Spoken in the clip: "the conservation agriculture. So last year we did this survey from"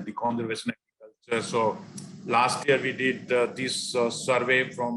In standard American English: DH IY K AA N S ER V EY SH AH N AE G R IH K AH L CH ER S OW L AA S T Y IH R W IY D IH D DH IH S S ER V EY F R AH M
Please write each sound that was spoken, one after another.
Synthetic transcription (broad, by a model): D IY K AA N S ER V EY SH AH N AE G R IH K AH L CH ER S OW L AA S T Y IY R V IY D IH D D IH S S ER V EY F R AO M